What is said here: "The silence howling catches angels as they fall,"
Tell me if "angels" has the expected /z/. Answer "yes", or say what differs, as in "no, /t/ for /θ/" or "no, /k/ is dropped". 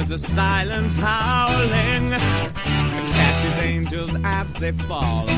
yes